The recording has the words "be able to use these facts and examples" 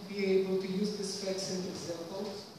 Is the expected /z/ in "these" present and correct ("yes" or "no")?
no